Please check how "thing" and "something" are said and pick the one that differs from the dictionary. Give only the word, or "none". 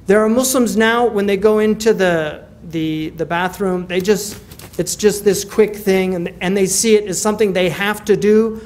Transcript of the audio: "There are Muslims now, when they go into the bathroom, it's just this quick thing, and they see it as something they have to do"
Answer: none